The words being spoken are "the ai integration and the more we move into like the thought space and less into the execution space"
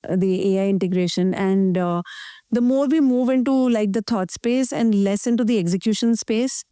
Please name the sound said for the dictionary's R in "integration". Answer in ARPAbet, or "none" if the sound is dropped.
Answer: R